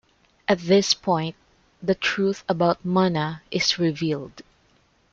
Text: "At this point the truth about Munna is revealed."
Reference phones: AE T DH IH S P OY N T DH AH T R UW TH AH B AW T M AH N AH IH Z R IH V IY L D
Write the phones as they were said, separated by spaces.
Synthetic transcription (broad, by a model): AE T DH IH S P OY N T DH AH T R UW TH AH B AW T M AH N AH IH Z R IH V IY L D